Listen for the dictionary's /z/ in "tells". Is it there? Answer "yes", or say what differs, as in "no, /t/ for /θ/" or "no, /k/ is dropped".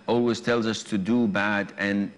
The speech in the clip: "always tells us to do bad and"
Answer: yes